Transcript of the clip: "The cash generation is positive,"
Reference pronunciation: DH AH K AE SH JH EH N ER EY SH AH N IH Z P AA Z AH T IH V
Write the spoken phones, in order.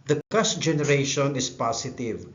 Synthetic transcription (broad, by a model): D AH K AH S JH EH N ER EY SH AH N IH S P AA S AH T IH V